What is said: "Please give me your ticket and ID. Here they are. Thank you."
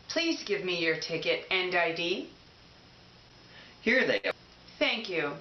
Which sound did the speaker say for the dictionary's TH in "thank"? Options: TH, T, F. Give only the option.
TH